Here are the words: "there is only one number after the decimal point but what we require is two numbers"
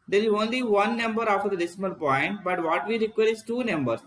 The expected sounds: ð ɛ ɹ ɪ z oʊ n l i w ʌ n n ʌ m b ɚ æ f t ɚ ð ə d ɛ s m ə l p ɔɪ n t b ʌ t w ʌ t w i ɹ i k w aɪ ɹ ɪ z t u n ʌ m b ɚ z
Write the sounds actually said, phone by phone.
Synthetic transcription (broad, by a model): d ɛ ɹ ɪ z oʊ n l i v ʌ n n ʌ m b ɚ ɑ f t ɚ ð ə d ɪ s m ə l p ɔɪ n t b ʌ t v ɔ t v i ɹ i k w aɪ ɹ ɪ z t u n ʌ m b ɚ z